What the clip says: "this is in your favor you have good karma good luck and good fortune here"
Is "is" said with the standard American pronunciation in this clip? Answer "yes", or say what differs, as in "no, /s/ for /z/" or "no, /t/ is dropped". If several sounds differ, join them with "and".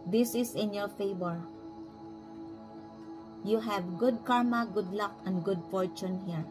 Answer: no, /s/ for /z/